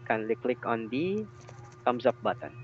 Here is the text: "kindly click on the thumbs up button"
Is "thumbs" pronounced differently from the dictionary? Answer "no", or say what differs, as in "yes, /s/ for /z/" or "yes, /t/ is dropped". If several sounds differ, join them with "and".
yes, /t/ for /θ/